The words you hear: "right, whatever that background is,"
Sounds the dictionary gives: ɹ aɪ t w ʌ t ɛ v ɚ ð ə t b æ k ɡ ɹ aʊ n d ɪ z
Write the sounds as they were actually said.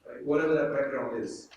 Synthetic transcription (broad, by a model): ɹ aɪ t w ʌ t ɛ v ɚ ð ə t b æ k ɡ ɹ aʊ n ɪ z